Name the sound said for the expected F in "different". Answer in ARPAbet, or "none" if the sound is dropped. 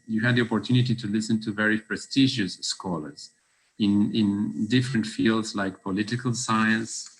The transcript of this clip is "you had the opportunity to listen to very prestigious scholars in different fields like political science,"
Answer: F